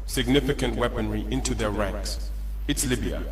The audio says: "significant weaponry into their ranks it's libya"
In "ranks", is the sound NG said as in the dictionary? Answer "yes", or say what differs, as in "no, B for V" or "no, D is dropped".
yes